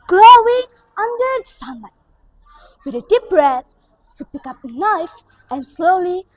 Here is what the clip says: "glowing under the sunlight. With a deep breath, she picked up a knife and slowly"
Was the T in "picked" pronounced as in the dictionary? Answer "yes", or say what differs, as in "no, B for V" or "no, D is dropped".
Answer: no, T is dropped